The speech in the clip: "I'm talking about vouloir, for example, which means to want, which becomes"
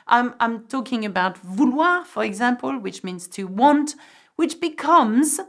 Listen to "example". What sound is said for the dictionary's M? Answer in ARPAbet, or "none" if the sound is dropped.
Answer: M